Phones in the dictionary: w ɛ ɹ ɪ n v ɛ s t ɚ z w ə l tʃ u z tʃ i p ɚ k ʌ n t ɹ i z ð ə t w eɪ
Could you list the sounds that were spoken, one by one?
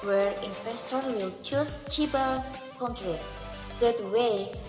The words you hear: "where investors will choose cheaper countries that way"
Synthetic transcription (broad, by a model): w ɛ ɹ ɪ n f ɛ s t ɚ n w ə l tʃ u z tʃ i b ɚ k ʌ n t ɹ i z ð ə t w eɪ